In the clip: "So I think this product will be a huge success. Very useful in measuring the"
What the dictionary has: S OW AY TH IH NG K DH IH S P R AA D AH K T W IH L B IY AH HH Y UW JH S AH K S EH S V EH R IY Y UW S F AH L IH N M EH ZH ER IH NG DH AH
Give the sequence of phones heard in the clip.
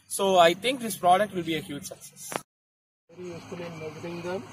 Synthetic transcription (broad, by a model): S OW AY T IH NG K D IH S P R AA D AH K T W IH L B IY AH HH Y UW JH S AH K S EH S V EH R IY Y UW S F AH L IH N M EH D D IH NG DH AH